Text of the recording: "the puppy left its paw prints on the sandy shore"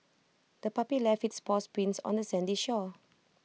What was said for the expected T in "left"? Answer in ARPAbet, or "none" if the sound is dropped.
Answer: none